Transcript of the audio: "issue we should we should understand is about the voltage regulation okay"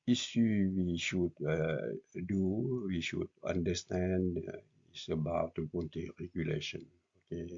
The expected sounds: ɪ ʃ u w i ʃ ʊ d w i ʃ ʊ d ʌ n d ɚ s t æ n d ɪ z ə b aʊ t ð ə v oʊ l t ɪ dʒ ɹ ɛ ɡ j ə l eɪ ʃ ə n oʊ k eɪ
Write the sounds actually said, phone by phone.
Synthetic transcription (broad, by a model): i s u w i ʃ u d w i ʃ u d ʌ n d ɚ s t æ n d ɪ s ə b aʊ t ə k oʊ n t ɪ ɹ ɛ ɡ j ə l eɪ ʃ ə n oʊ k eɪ